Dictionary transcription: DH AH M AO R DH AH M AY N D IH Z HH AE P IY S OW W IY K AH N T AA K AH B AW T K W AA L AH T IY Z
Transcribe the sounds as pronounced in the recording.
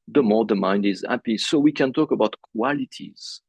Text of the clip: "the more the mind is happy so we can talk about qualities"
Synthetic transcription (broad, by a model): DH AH M AO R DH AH M AY N D IH Z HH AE P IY S OW W IY K AH N T AA K AH B AW T K W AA L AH T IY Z